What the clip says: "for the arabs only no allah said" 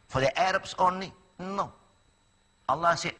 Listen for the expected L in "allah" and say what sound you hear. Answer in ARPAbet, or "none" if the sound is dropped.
L